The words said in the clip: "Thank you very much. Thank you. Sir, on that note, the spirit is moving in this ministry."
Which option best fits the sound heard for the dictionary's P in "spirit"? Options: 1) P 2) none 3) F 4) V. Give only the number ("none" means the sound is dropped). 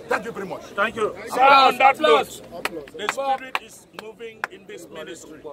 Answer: 2